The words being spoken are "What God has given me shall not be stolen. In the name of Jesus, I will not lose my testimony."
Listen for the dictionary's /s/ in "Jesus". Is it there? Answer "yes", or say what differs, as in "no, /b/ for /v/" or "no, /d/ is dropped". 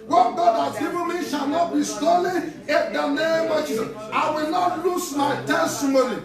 no, /s/ is dropped